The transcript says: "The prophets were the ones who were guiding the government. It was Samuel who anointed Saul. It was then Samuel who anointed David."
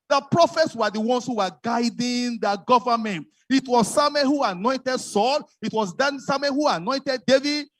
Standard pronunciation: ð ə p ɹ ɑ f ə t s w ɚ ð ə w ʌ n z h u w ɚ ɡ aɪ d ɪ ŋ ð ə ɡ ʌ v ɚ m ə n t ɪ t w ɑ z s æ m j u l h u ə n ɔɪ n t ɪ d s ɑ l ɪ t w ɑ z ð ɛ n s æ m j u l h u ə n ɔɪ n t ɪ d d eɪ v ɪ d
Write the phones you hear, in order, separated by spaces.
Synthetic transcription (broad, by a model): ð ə p ɹ ɑ f ə t s w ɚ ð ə w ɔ n s h u w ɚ ɡ aɪ d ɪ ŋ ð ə ɡ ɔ v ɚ m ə n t ɪ t w ɑ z s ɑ m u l h u ə n ɔɪ n t ɪ d s ɑ l ɪ t w ɑ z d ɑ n s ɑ m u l h u ə n ɔɪ n t ɪ d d eɪ v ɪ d